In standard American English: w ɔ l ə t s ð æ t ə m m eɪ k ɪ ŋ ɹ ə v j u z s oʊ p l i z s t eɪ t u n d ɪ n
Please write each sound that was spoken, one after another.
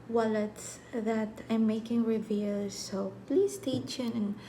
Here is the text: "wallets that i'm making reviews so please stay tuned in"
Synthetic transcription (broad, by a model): w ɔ l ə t s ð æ t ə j m eɪ k ɪ ŋ ɹ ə v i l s oʊ p l i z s t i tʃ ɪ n ɪ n